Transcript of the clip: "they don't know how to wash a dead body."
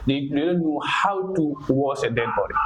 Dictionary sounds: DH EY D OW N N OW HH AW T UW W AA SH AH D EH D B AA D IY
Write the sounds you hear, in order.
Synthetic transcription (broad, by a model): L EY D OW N N OW HH AW T UW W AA S AH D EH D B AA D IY